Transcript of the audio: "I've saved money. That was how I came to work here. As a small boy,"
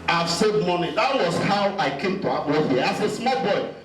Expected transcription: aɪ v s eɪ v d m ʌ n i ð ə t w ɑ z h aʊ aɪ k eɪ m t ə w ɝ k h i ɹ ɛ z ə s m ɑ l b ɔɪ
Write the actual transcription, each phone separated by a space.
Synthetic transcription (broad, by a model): aɪ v s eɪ d m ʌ n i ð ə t w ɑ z h aʊ aɪ k eɪ m t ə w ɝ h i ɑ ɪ s ə s m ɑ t b ɔɪ